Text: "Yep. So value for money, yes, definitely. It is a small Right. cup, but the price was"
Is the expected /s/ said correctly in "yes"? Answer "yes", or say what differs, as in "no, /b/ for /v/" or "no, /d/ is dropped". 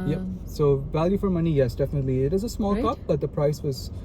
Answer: yes